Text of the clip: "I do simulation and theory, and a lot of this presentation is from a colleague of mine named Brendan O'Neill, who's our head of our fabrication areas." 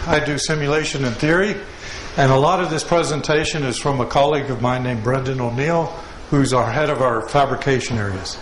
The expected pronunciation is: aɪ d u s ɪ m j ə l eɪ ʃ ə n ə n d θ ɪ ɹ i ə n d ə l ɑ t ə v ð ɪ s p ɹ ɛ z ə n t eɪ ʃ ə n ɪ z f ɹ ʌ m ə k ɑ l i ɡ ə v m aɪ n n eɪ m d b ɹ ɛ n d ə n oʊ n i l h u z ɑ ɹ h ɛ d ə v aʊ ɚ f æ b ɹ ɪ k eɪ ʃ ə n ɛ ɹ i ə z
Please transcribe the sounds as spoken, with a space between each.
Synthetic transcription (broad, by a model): aɪ d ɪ s ɪ m j ə l eɪ ʃ ə n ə n θ ɪ ɹ i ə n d ə l ɑ t ə v ð ɪ s p ɹ ɛ z ə n t eɪ ʃ ə n ɪ z f ɹ ʌ m ə k ɑ l i ɡ ə v m aɪ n n eɪ m b ɹ ɛ n d ə n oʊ n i l h u z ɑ ɹ h ɛ d ə v aʊ ɚ f æ b ɹ ɪ k eɪ ʃ ə n ɛ ɹ i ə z